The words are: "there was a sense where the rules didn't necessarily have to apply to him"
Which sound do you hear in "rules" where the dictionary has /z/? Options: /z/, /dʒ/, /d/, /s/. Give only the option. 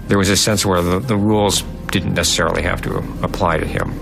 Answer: /z/